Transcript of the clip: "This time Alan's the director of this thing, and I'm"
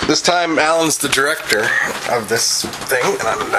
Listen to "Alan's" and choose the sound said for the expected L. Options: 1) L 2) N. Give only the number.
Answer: 1